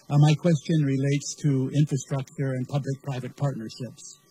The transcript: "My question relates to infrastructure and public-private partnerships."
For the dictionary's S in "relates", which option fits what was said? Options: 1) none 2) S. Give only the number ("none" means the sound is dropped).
2